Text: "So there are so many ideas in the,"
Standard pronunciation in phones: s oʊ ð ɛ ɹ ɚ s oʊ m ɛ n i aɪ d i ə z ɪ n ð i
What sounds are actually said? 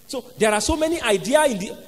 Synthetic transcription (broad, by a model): s oʊ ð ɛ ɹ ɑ s oʊ m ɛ n i aɪ d i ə ɪ n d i